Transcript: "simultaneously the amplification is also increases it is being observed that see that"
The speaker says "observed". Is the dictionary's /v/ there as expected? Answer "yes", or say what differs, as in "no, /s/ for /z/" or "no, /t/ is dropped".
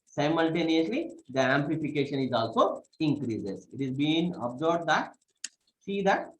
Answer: no, /b/ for /v/